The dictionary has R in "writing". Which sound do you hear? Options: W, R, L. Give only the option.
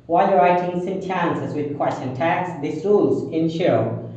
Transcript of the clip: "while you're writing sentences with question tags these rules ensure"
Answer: R